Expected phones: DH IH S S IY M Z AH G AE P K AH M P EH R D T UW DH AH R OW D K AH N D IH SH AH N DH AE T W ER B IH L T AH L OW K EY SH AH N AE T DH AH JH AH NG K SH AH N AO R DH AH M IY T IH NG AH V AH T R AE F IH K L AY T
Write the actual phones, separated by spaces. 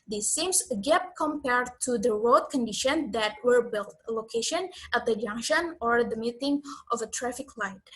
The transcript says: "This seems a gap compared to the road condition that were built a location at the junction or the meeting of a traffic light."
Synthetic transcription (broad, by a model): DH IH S S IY M S AH G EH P K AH M P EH R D T UW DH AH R OW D K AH N D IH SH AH N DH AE T W ER B IH L T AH L OW K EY SH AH N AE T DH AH JH AH NG K SH AH N AO R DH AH M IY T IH NG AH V AH T R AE F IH K L AY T